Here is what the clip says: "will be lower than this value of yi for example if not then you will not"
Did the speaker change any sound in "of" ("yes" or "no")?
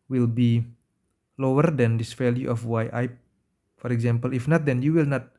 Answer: yes